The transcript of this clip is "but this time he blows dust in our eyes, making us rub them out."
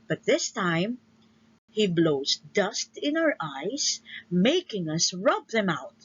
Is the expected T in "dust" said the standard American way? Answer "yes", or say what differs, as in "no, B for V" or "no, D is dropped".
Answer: yes